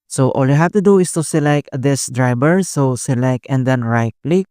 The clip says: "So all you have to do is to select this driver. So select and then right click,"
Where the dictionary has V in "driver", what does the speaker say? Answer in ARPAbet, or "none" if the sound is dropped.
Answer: B